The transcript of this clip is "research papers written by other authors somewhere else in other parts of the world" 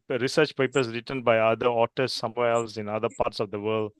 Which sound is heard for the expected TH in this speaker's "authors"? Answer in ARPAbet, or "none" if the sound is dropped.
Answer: T